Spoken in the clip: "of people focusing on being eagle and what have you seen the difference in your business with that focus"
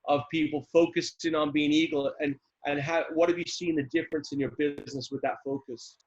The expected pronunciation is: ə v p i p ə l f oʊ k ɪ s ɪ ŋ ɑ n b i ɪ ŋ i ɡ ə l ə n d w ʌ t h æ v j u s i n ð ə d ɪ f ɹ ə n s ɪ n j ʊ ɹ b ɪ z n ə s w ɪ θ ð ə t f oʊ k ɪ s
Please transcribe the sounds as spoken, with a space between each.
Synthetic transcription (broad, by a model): ə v p i p l f oʊ k ɪ s ɪ ŋ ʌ n b i ɪ ŋ i ɡ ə n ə n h w ʌ t h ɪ v j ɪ s i n ð ə d ɪ f ɹ ə n s ɪ n j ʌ ɹ b ɪ z n ə s w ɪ ð ə t f oʊ k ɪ s